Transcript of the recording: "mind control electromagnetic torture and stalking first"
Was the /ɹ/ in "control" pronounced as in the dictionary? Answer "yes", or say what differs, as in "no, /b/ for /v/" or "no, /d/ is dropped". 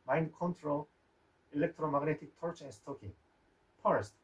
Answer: yes